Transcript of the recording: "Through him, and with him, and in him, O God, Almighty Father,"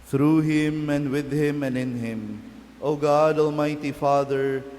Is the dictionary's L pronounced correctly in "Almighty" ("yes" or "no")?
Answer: yes